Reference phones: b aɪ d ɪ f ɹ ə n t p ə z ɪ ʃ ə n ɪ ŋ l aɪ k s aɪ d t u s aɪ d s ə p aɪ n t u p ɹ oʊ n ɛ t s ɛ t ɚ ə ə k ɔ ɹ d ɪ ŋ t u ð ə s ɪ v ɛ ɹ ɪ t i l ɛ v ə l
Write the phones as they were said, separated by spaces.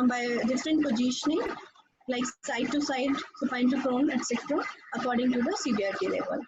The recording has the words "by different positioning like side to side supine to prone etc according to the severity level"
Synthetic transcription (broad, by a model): b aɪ d ɪ f ɹ ə n t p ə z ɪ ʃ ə n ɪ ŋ l aɪ k s aɪ d t u s aɪ d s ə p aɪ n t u f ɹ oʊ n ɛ t s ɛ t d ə ə k ɔ ɹ d ɪ ŋ t u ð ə s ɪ b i ɪ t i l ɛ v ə l